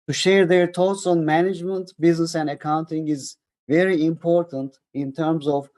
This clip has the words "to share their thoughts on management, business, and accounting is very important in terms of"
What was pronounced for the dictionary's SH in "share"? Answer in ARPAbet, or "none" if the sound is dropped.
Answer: SH